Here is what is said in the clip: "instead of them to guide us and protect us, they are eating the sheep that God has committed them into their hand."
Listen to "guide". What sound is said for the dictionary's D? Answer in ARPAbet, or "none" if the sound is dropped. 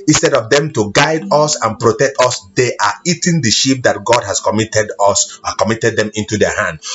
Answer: D